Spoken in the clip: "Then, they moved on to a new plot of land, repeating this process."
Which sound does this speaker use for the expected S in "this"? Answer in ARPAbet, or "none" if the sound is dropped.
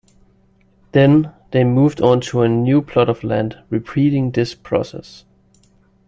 S